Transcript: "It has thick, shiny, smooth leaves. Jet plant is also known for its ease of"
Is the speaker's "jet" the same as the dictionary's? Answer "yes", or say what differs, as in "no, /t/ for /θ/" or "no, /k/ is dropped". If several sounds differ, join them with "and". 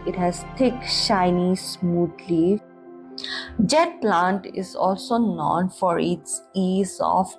yes